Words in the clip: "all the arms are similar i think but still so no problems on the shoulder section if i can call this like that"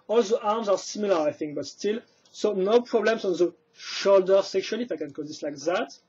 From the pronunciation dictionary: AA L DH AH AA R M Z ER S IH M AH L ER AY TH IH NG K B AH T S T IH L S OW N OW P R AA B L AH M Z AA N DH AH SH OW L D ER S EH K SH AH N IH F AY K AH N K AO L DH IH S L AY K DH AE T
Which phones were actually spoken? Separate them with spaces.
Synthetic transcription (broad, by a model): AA L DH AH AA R M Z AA S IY M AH L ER AY TH IH NG K B AH T S T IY L S OW N OW P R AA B L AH M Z AA N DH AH SH OW L D ER S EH K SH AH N IH F AY K AH N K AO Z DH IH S L AY K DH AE T